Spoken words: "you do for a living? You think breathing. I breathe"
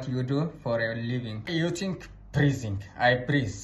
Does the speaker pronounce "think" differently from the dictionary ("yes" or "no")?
yes